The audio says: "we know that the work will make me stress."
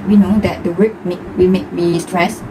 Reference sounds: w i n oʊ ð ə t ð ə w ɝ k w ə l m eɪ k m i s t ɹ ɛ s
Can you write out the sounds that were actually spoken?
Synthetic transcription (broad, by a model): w i n oʊ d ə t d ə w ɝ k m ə w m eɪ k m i s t ɹ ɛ s